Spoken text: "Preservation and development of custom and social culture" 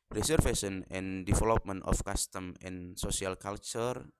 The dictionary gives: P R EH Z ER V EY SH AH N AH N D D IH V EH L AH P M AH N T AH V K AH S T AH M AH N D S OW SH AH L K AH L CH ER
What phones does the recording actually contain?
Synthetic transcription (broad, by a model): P R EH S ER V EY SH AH N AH N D D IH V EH L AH P M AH N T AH F K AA S T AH M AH N S OW S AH L K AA L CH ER